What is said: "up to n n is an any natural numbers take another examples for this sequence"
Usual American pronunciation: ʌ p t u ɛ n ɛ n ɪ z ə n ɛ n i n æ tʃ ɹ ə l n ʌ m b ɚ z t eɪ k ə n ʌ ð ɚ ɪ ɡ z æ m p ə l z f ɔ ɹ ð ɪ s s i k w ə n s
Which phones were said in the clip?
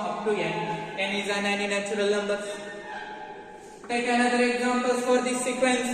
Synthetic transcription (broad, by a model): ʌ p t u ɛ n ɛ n ɪ z ə n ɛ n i n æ tʃ ɹ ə l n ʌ m b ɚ t eɪ k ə n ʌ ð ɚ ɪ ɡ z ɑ m p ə l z f ɔ ɹ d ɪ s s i k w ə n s